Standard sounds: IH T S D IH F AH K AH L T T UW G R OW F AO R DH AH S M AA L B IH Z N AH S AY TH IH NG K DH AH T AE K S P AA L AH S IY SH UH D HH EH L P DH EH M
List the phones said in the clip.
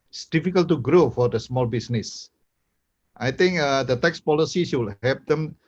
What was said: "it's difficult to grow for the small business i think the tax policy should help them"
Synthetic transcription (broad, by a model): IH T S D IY F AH K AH L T T UW G R OW F AO R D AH S M AA L B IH S N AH S AY T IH NG K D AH T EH K S P AA L AH S IY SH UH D HH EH P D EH M